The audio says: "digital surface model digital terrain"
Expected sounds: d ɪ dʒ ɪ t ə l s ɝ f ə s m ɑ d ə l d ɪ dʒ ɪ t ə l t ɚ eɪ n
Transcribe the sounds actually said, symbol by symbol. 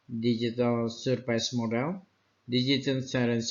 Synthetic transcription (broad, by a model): d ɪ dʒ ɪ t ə l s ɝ p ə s m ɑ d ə l d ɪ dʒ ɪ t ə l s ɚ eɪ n